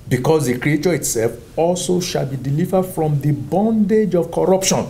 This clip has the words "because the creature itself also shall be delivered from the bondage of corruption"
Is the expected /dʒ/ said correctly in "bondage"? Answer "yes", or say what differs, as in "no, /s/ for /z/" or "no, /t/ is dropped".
yes